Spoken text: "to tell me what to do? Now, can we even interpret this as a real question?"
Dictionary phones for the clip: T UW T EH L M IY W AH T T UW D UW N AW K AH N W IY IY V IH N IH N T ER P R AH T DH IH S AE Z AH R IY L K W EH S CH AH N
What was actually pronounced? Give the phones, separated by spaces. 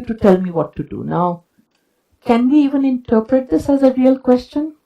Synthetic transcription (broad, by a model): T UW T EH L M IY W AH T T UW D UW N AW K AH N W IY IY V IH N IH N T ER P R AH T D IH S AE Z AH R IY L K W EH S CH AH N